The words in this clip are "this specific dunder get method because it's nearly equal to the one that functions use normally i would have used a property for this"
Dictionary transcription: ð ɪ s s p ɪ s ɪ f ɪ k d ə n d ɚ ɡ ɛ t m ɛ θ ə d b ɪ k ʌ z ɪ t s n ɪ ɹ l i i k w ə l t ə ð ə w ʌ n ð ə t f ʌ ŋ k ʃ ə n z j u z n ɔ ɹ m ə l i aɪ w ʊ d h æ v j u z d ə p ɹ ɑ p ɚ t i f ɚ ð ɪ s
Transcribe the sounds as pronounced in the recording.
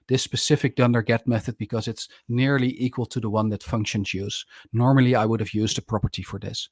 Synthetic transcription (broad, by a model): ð ɪ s s p ɪ s ɪ f ɪ k d ə n d ɚ ɡ ɛ t m ɛ θ ə d b ɪ k ʌ z ɪ t s n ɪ ɹ l i i k w ə l t ə ð ə w ʌ n ð ə t f ʌ ŋ k ʃ ə n z j u z n ɔ ɹ m ə l i aɪ w ʊ d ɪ v j u z d ə p ɹ ɑ p ɚ t i f ɚ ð ɪ s